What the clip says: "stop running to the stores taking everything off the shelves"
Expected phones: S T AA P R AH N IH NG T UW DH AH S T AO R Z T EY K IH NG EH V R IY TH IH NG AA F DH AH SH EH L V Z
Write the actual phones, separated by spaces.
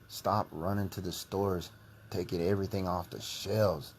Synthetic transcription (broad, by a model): S T AA P R AH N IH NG T UW DH AH S T AO R Z T EY K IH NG EH V R IY TH IH NG AA F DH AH SH EH L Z